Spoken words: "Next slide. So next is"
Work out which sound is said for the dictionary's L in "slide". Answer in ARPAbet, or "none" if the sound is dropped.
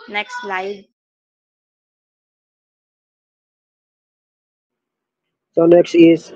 L